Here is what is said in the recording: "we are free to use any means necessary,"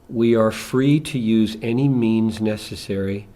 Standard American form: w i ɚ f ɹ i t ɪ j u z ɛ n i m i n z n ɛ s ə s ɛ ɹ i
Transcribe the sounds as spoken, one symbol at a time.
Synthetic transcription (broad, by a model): w i ɚ f ɹ i t ɪ j u z ɛ n i m i n z n ɛ s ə s ɛ ɹ i